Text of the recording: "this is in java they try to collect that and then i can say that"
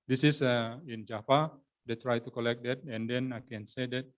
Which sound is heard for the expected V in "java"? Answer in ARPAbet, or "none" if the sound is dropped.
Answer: F